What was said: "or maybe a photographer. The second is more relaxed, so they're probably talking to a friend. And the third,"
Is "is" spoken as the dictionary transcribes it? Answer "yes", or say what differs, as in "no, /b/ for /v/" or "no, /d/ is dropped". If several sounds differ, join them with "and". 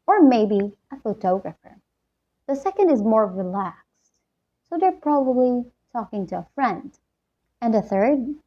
yes